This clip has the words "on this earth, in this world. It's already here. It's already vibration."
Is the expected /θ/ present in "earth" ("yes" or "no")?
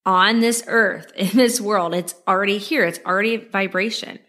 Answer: yes